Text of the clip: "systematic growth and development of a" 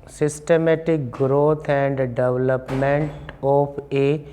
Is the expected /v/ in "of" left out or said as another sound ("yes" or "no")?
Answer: yes